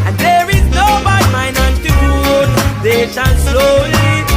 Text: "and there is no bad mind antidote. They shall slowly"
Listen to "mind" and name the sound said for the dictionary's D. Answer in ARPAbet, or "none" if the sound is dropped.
none